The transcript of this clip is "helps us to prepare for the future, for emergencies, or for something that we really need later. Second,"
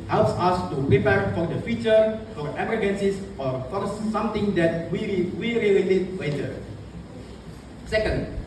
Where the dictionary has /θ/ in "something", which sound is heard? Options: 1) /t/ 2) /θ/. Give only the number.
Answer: 1